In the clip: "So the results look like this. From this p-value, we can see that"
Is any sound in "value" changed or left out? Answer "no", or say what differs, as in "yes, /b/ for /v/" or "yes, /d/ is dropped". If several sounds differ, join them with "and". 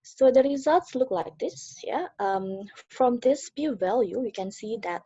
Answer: no